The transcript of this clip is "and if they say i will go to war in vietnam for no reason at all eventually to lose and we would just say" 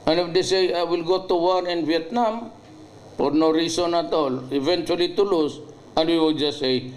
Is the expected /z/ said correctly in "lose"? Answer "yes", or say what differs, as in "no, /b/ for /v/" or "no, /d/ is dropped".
no, /s/ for /z/